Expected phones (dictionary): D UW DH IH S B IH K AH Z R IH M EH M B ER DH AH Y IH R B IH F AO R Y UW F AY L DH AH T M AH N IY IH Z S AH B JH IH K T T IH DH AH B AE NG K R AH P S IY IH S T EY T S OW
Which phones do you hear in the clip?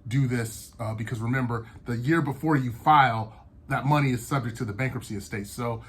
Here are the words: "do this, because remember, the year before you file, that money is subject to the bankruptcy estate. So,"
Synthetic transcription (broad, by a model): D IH DH IH S B IH K AH Z R IH M EH M B ER DH AH Y IH R B IH F AO R Y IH F AY L DH AH T M AH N IY IH Z S AH B JH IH K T T IH DH AH B AE NG K R AH P S IY IH S T EY T S OW